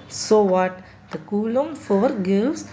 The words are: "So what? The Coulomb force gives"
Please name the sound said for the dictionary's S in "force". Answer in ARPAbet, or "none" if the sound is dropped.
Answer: none